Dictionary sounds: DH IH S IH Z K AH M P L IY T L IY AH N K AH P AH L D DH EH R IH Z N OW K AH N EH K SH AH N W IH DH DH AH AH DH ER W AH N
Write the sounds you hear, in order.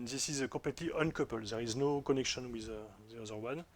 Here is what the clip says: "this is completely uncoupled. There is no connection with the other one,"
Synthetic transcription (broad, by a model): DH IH S IH Z K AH P L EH T L IY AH N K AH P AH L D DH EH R IH Z N OW K AH N EH K SH AH N W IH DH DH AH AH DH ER W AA N